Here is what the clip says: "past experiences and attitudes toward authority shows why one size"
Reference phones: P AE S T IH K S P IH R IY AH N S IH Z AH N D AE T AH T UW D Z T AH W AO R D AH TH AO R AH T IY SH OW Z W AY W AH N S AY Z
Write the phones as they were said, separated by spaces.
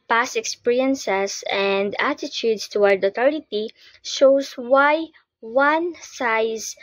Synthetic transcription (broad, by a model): P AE S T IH K S P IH R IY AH N S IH S AH N D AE T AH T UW D S T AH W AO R D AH T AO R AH T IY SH OW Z W AY W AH N S AY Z